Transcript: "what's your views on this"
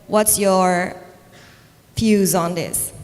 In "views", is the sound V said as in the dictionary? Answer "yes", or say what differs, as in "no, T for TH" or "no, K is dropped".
no, F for V